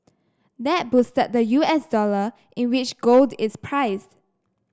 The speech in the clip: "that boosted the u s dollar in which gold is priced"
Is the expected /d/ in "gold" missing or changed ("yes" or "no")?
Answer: no